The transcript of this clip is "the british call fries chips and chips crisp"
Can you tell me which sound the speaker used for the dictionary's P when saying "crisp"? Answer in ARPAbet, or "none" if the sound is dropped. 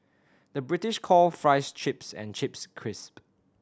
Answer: P